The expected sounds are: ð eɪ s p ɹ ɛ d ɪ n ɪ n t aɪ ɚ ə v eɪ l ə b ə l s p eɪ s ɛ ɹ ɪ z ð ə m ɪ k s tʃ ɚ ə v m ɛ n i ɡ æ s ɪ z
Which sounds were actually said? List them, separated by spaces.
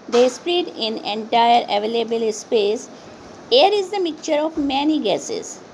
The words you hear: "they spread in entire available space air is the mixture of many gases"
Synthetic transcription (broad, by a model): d eɪ s p ɹ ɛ d ɪ n ɪ n t aɪ ɚ ə v eɪ l ə b ə l s p eɪ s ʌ ɹ ɪ z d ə m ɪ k tʃ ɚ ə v m ɛ n i ɡ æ s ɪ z